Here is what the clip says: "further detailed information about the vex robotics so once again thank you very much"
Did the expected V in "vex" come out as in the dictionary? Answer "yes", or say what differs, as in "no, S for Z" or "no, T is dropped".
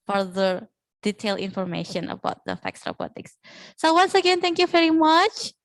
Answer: no, F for V